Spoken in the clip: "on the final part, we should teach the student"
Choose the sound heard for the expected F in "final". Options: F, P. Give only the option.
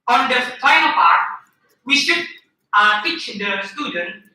P